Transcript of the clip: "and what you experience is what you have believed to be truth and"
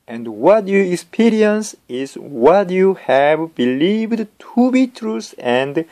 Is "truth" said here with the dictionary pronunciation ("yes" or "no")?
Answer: no